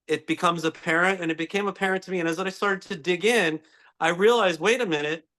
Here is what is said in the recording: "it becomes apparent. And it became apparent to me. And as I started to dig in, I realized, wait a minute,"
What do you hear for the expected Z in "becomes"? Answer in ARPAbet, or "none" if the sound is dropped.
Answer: Z